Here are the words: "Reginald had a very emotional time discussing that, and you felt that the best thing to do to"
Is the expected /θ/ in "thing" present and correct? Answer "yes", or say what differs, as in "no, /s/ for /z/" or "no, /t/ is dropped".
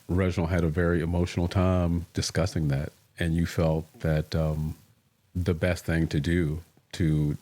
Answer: yes